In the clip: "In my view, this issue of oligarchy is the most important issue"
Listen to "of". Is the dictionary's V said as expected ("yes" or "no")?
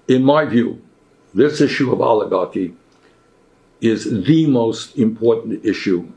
yes